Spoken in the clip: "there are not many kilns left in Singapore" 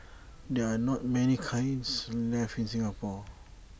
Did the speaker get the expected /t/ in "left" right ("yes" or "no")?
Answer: no